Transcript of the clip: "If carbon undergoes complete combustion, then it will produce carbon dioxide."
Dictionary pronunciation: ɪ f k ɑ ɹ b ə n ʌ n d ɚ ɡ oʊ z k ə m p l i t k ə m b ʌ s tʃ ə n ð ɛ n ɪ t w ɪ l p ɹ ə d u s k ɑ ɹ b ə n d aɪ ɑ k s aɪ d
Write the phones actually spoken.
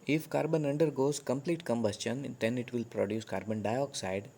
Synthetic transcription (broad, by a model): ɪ f k ɑ ɹ b ə n ʌ n d ɚ ɡ oʊ z k ə m p l i t k ə m b ʌ s tʃ ə n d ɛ n ɪ t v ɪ l p ɹ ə d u s k ɑ ɹ b ə n d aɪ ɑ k s aɪ d